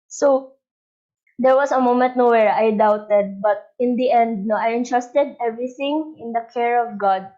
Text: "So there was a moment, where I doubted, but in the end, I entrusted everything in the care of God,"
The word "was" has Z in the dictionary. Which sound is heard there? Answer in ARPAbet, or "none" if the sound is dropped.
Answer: S